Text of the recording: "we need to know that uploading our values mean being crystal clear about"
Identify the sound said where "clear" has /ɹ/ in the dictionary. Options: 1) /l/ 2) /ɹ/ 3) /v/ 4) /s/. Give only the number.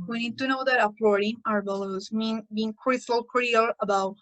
1